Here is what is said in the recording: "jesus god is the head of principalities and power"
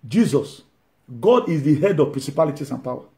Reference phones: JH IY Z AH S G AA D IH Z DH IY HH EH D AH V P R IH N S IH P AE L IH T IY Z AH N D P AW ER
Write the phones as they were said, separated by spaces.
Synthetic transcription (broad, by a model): JH IY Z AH S G AA D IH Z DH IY HH EH D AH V P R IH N S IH P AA L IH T IY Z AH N P AW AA